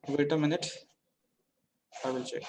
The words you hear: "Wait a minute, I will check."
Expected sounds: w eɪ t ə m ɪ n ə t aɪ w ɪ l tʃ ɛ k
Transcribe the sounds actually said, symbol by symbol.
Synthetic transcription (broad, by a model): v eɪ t ə m ɪ n ə t aɪ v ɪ l tʃ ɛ k